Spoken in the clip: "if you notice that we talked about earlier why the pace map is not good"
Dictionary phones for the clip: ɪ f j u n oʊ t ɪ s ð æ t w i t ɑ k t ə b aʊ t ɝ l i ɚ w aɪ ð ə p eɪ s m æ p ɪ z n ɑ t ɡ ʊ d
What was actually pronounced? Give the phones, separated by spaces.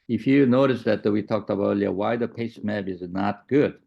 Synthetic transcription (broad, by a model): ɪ f j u n oʊ t ɪ s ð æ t w i t ɑ k t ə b ɝ l i ɚ w aɪ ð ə p eɪ s m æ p ɪ z n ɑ t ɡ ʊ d